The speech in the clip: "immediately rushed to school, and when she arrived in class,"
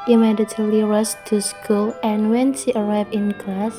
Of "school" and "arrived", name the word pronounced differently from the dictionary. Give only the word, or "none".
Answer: arrived